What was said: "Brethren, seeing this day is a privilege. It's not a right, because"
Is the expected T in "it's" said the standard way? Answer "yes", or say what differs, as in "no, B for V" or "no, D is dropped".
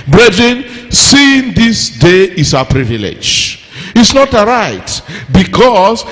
yes